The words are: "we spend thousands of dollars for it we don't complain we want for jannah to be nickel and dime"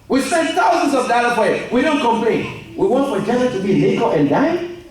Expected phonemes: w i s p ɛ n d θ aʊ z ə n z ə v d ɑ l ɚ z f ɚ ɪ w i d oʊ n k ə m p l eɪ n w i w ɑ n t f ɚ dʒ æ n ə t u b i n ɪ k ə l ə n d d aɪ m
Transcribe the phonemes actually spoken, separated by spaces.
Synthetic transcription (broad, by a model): w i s ɛ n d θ aʊ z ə n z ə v d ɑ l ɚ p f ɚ ɪ w i d oʊ n k ə m p l eɪ n w i w ɑ n t f ɚ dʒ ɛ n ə t u b i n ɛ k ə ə n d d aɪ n